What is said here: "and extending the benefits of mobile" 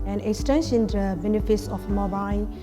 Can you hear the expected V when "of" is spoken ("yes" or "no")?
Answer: no